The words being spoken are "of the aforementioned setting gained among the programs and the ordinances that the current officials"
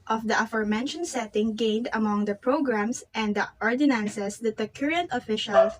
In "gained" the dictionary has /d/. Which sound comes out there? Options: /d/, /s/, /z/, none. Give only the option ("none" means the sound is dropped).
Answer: /d/